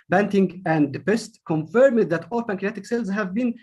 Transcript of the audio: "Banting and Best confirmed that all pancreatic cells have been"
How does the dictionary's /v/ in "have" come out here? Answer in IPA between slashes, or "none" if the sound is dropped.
/v/